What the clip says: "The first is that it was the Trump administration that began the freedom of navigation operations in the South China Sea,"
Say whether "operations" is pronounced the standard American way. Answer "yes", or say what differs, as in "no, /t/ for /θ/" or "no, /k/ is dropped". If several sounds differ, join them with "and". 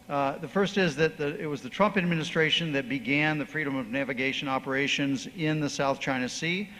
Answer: yes